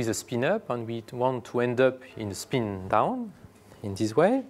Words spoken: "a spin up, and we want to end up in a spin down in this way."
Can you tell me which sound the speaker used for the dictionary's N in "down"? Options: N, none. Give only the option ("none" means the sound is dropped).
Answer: N